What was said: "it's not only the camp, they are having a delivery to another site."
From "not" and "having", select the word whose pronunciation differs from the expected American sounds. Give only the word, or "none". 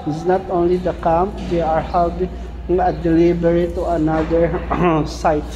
having